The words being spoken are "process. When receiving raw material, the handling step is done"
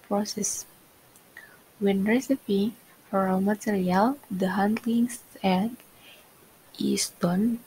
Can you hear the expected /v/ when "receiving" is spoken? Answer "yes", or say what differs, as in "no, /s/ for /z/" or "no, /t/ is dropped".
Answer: no, /p/ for /v/